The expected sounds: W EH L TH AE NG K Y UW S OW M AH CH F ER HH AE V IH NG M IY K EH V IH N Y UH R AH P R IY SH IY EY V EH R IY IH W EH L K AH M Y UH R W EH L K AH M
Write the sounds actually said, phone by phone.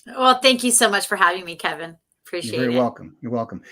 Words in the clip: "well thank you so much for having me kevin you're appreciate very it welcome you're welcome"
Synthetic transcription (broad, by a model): W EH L TH AE NG K Y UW S OW M AH CH F ER HH AE V IH NG M IY K EH V IH N AH P R IY SH IY EY V EH R IY W EH L K AH M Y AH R W EH L K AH M